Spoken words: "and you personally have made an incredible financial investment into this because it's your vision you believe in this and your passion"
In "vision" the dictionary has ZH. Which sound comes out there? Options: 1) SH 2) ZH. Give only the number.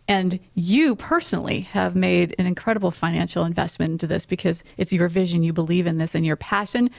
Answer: 2